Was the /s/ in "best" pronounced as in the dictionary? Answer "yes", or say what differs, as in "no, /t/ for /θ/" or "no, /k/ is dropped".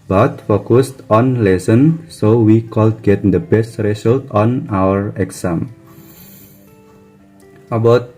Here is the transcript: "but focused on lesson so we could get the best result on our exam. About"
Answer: yes